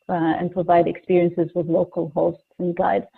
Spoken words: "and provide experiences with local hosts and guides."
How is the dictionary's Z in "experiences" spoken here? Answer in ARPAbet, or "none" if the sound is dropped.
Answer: Z